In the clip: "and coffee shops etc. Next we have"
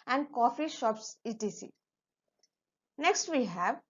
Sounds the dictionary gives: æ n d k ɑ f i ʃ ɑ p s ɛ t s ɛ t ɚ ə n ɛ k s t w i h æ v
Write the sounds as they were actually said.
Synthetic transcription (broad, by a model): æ n d k ɑ f i ʃ ɑ p s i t i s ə n ɛ k s t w i h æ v